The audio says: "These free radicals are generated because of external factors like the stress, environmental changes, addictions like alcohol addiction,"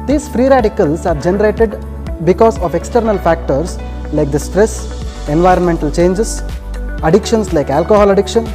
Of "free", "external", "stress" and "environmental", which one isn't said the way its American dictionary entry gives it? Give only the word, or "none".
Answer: none